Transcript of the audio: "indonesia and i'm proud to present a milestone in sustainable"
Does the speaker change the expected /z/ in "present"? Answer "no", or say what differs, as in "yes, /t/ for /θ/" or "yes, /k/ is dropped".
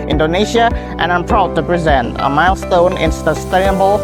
no